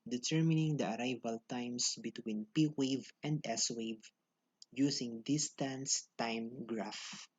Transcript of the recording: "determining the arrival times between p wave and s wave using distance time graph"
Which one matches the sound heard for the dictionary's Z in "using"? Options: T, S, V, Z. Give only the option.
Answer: S